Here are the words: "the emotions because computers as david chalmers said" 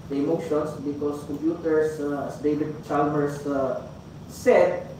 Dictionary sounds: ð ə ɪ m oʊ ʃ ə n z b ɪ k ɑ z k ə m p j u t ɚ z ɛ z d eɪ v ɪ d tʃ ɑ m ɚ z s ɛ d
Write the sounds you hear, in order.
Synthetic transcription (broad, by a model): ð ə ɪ m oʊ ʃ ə n s b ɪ k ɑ s k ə m p j u t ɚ s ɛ s d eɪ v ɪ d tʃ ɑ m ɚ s s ɛ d